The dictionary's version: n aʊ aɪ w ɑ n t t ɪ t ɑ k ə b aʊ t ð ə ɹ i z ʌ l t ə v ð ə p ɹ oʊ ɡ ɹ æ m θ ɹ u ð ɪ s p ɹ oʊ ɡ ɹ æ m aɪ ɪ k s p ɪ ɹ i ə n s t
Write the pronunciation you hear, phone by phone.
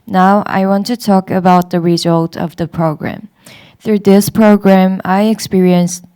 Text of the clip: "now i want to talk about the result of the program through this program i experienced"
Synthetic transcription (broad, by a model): n aʊ aɪ w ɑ n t t ɪ t ɑ k ə b aʊ t ð ə ɹ i z ʌ l t ə v ð ə p ɹ oʊ ɡ ɹ æ m θ ɹ u ð ɪ s p ɹ oʊ ɡ ɹ æ m aɪ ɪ k s p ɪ ɹ i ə n s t